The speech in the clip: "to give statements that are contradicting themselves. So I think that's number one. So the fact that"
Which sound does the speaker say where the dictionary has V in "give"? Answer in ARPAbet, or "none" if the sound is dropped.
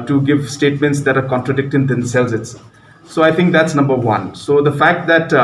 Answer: V